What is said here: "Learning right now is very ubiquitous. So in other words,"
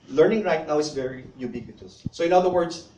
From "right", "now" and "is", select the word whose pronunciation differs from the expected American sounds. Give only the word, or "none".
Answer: is